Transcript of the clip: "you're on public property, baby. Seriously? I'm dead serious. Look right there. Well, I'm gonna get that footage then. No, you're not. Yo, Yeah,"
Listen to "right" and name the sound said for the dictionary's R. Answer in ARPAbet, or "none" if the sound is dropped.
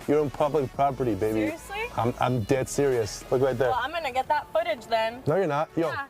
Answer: L